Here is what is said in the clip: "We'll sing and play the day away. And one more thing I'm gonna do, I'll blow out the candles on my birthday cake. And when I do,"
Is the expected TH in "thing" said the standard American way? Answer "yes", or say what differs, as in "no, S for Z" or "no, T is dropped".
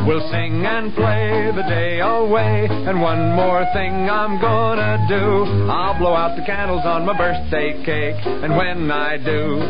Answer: yes